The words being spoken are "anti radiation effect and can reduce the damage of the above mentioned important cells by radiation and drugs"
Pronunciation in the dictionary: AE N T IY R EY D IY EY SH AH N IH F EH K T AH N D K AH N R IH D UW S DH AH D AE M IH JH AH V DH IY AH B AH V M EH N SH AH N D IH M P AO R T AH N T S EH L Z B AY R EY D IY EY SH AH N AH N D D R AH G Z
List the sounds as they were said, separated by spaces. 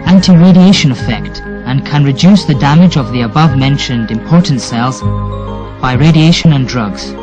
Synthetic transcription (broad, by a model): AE N T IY R EY D IY EY SH AH N IH F EH K T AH N K AH N R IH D UW S DH AH D AE M IH JH AH V DH IY AH B AH V M EH N SH AH N D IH M P AO R T N T S EH L Z B AY R EY D IY EY SH AH N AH N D D R AH G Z